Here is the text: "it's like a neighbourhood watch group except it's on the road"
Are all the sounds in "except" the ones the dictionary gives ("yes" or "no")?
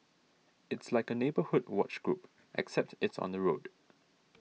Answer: yes